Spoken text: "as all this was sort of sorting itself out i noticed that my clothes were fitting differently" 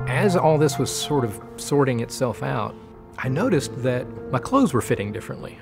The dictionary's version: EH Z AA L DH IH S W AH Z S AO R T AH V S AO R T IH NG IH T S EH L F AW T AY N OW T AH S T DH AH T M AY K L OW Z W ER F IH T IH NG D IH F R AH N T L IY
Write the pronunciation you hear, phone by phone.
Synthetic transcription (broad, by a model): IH Z AA L DH IH S W AH Z S AO R T AH V S AO R T IH NG IH T S EH L F AW T AY N OW T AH S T DH AH T M AY K L OW Z W ER F IH T IH NG D IH F R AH N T L IY